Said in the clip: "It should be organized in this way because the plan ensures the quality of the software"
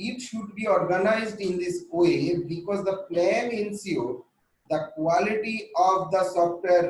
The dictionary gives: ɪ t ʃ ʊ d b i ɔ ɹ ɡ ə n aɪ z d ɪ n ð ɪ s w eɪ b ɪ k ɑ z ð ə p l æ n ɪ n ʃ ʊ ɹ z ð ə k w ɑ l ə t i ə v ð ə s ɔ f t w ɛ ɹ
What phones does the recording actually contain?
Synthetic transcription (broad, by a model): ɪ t ʃ ʊ d b i ɔ ɹ ɡ ə n aɪ z d ɪ n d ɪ s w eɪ b ɪ k ɑ z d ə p l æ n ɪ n s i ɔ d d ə k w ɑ l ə t i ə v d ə s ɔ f t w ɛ ɹ